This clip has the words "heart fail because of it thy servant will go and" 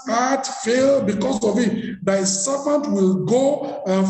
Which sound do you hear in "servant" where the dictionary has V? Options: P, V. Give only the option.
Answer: P